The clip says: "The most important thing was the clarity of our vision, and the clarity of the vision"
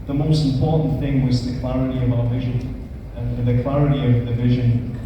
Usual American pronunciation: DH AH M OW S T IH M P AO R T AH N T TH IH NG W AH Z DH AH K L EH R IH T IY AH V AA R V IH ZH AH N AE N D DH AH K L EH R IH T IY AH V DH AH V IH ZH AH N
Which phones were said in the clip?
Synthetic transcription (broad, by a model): DH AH M OW S T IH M P AO R T N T TH IH NG W AH Z DH AH K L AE R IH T IY AH V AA L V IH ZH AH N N DH AH K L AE R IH T IY AH V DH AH V IH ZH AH N